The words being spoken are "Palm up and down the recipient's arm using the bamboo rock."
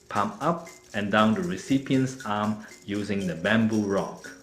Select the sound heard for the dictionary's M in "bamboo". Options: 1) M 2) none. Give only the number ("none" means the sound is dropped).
1